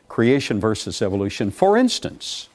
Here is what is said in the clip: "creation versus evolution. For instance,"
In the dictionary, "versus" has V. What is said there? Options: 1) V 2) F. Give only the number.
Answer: 1